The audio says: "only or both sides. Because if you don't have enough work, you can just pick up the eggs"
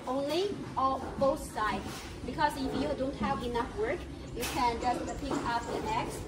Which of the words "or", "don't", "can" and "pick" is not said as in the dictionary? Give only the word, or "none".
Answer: or